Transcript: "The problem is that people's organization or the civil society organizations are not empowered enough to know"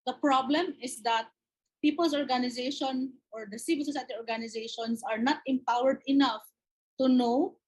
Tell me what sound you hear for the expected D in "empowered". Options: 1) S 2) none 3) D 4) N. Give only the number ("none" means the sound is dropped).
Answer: 3